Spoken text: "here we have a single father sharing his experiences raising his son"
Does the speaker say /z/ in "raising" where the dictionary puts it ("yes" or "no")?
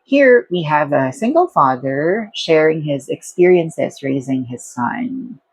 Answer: yes